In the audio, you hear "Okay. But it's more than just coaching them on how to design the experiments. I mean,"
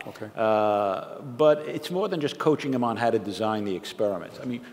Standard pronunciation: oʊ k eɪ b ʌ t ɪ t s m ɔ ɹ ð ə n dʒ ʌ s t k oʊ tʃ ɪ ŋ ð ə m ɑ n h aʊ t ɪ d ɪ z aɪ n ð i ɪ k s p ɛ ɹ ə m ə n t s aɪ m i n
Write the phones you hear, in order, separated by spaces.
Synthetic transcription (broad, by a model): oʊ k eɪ b ʌ t ɪ t s m ɔ ɹ ð ə n dʒ ʌ s k oʊ tʃ ɪ ŋ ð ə m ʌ n h aʊ t ɪ d ɪ z aɪ n ð i ɪ k s p ɛ ɹ ə m ə n t s aɪ m i n